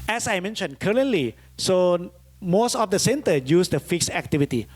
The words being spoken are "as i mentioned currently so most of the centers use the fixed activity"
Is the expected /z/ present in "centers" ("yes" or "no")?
no